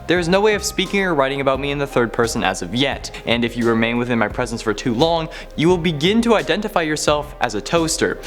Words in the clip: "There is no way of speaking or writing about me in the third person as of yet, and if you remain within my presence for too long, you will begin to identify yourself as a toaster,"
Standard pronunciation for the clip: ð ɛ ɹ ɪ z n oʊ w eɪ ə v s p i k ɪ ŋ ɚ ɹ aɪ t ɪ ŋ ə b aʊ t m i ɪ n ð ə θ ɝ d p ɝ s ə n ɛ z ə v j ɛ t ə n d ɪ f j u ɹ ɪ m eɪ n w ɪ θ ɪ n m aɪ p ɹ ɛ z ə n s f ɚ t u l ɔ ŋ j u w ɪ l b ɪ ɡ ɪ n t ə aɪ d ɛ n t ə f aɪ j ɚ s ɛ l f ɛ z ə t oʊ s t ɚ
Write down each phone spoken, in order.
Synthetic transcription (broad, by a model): ð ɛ ɹ ɪ z n oʊ w eɪ ə v s p i k ɪ ŋ ɚ ɹ aɪ t ɪ ŋ ə b aʊ t m i ɪ n ð ə θ ɝ d p ɝ s ə n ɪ z ə v j ɛ t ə n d ɪ f j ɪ ɹ ɪ m eɪ n w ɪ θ ɪ n m aɪ p ɹ ɛ z ə n s f ɚ t u l ɔ ŋ j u w ɪ l b ɪ ɡ ɪ n t ə aɪ d ɛ n t ə f aɪ j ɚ s ɛ l f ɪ z ə t oʊ s t ɚ